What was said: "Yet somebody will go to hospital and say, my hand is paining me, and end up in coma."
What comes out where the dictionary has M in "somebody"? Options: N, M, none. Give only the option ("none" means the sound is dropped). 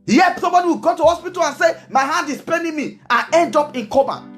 none